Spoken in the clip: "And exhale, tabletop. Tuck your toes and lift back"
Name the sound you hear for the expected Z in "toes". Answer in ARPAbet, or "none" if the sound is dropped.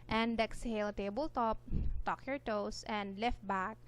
S